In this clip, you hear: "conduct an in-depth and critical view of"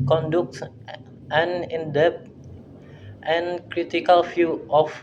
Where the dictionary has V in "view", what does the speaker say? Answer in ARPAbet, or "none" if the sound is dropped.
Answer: F